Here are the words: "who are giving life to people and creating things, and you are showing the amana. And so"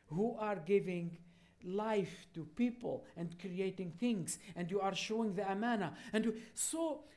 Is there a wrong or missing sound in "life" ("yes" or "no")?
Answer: no